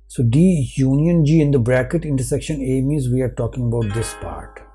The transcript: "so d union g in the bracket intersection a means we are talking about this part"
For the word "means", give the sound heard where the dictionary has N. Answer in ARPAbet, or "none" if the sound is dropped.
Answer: none